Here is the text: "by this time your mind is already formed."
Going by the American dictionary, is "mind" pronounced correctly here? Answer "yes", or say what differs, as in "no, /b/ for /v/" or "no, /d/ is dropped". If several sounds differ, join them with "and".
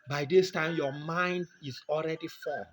yes